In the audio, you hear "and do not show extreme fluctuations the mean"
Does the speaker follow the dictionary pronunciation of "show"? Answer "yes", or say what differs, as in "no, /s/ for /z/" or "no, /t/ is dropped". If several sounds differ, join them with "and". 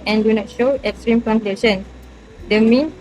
yes